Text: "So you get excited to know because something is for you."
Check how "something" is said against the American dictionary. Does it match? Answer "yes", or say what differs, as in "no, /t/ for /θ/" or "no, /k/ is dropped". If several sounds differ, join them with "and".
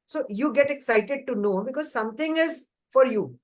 no, /t/ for /θ/